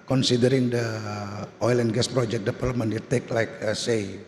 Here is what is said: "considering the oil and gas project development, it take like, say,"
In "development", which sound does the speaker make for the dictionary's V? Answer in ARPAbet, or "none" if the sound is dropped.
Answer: P